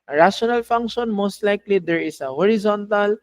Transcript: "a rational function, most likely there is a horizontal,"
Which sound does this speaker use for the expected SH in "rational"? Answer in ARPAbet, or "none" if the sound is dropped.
S